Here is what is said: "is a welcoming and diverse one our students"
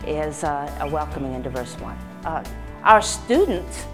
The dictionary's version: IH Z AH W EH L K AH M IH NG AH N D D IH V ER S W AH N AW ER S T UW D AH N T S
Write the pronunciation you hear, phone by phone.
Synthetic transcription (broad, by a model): IH Z AH W EH L K AH M IH NG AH N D D IH V ER S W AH N AW ER S T UW D N T S